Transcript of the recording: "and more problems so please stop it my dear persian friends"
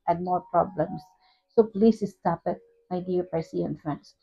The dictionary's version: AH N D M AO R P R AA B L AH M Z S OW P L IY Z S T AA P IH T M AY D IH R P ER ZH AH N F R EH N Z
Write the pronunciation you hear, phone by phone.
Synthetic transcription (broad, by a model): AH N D M AO R P R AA B L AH M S S OW P L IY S S T AA P IH T M AY D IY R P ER S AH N F R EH N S